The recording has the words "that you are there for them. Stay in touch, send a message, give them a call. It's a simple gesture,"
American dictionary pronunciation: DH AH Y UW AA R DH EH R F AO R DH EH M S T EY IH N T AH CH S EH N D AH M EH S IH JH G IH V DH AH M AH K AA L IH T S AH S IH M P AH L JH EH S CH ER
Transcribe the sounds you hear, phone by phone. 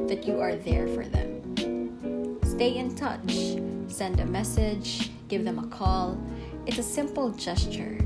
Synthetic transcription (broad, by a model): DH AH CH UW AA R DH EH R F AO R DH EH M S T EY IH N T AH CH S EH N D AH M EH S IH JH G IH V DH AH M AH K AA L IH T S AH S IH M P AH L JH EH S CH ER